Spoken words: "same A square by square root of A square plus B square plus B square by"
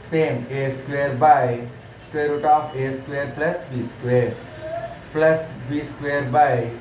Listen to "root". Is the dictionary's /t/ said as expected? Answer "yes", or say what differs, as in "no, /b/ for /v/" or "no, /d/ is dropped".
yes